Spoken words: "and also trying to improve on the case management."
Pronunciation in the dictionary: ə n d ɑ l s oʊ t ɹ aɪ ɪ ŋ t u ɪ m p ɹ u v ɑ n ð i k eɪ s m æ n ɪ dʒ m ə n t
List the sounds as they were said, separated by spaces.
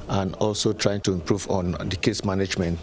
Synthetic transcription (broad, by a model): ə n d ɑ l s oʊ t ɹ aɪ ɪ ŋ t u ɪ m p ɹ u v ɑ n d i k eɪ s m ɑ n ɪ dʒ m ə n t